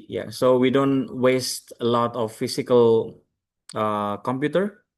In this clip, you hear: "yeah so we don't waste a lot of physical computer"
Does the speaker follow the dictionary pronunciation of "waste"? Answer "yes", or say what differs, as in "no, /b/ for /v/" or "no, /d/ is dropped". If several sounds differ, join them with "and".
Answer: yes